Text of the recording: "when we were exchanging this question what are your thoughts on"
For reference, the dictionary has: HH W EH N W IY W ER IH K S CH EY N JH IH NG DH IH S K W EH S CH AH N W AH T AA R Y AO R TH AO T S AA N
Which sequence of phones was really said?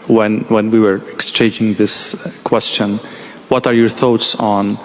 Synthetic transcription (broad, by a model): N W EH N W IY W ER IH K S CH EY N JH IH NG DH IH S K W EH S CH AH N W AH T AA R Y AO R TH AO T S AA N